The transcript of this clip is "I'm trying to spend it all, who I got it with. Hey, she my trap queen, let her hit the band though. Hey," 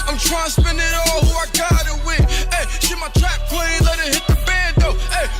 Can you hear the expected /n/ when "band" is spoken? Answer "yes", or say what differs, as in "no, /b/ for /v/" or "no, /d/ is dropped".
no, /n/ is dropped